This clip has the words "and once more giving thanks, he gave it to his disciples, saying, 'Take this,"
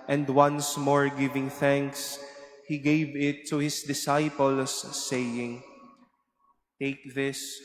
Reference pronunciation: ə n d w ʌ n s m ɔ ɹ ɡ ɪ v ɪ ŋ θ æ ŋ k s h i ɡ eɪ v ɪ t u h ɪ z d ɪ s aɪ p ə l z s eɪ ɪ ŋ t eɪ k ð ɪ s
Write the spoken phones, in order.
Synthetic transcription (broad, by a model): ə n d w ʌ n s m ɔ ɹ ɡ ɪ v ɪ ŋ θ æ ŋ k s h i ɡ eɪ v ɪ t u h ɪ s d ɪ s aɪ p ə l s eɪ ɪ ŋ t eɪ k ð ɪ s